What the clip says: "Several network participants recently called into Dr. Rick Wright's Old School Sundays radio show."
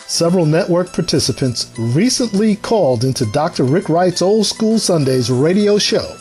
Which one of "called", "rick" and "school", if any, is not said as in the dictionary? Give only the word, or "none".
none